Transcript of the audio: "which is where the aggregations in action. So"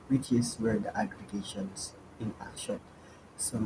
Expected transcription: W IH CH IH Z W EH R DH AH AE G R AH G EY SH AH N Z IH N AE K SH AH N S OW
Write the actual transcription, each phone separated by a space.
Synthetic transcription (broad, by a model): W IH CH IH S W EH R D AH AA G R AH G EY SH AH N S IH N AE SH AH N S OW